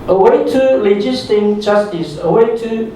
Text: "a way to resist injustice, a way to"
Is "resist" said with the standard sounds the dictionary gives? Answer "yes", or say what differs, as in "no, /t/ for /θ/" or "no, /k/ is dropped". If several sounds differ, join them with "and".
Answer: no, /l/ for /ɹ/